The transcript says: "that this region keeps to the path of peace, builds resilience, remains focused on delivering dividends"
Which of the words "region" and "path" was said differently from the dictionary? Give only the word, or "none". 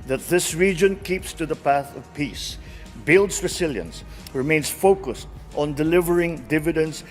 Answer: none